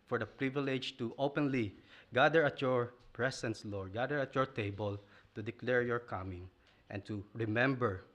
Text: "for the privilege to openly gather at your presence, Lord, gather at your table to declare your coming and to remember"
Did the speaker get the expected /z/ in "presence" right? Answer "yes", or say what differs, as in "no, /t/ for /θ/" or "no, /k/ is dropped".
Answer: no, /s/ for /z/